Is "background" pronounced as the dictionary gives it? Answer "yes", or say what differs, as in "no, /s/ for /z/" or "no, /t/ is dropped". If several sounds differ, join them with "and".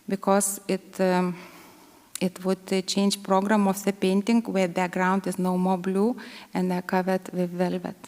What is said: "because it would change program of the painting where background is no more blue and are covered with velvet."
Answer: no, /k/ is dropped